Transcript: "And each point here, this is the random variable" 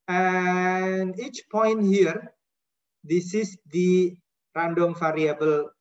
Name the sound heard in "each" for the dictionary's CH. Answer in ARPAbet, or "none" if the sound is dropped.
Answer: CH